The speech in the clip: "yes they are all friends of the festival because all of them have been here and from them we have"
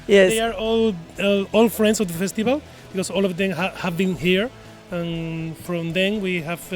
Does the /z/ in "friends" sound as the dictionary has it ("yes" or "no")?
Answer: no